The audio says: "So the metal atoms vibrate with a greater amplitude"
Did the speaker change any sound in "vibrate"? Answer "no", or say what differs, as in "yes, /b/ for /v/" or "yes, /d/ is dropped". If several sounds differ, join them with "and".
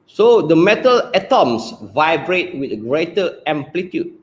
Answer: no